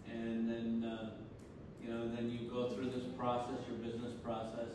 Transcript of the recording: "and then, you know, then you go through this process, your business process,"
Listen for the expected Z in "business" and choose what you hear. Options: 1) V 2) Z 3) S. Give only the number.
2